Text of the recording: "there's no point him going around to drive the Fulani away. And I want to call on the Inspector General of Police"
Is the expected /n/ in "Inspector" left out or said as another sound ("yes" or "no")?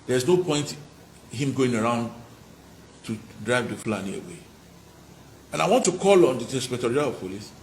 yes